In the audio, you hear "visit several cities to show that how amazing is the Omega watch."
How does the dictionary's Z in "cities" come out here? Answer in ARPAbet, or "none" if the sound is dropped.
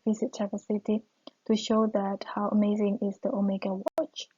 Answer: none